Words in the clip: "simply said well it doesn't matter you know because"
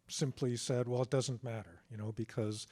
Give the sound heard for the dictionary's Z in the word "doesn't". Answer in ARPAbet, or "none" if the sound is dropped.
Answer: Z